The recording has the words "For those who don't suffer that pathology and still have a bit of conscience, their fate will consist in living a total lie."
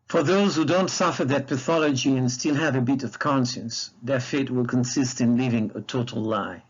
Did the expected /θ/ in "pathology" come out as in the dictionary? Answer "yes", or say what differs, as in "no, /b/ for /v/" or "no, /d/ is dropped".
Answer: yes